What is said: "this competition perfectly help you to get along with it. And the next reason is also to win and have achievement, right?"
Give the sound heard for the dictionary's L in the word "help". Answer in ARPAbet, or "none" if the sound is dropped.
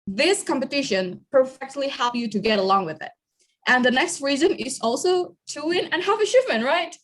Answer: L